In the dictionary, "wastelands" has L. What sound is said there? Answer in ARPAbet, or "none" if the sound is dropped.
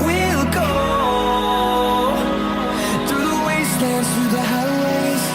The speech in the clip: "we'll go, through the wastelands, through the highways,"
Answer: none